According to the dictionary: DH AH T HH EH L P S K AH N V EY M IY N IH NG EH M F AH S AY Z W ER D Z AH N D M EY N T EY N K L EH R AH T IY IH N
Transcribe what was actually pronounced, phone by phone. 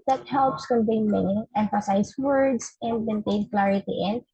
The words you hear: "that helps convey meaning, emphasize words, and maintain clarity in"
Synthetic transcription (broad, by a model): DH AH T HH EH L P S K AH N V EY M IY IH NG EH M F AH S AY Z W ER D Z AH N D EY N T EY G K L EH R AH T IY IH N